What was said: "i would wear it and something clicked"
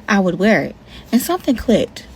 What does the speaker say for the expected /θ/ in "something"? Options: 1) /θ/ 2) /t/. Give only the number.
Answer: 1